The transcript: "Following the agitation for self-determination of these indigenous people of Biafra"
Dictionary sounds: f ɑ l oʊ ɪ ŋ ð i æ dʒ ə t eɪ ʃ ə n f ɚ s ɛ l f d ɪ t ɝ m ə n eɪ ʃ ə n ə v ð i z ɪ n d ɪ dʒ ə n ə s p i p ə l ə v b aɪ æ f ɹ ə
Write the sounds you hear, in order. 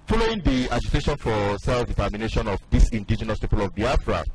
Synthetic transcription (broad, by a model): f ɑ l oʊ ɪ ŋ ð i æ dʒ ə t eɪ ʃ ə n f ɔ s ɛ l f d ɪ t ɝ m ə n eɪ ʃ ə n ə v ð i s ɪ n d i dʒ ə n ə s p i p ə l ə v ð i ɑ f ɹ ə